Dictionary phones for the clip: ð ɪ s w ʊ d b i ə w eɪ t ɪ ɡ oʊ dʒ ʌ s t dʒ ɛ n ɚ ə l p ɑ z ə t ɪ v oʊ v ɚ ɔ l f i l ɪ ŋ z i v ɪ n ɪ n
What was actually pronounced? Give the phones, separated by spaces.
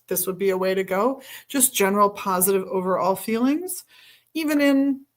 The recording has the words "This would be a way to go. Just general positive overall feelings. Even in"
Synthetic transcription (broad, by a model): ð ɪ s w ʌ d b i ə w eɪ t ɪ ɡ oʊ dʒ ʌ s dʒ ɛ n ɚ l p ɑ z ə t ɪ v oʊ v ɚ ɔ l f i l ɪ ŋ z i v ɪ n ɪ n